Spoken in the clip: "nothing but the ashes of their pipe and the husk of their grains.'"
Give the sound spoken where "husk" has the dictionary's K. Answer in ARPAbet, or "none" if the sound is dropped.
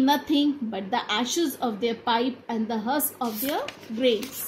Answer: none